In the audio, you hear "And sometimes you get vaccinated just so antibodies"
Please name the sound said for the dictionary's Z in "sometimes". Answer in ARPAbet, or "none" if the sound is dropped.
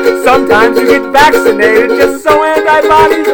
Z